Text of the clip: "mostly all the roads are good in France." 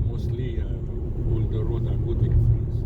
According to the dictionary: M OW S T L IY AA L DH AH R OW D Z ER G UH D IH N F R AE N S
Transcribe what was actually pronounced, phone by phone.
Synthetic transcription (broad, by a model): M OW S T L IY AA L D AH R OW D ER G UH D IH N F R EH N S